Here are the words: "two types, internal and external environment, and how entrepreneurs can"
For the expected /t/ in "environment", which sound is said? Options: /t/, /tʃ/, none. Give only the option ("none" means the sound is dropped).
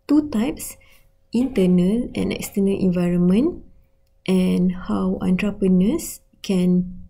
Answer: /t/